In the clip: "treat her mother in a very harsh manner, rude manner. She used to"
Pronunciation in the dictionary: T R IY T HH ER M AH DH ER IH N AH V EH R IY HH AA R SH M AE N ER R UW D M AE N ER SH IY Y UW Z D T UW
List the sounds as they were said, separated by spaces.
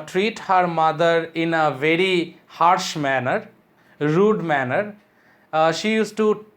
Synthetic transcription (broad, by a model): T R IY T HH ER M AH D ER IH N AH V EH R IY HH AA R SH M AE N ER R UW D M AE N ER SH IY Y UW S T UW